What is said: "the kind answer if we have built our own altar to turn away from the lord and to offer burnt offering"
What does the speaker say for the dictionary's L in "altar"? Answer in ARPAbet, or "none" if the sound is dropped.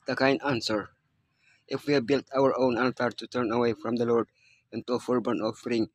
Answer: N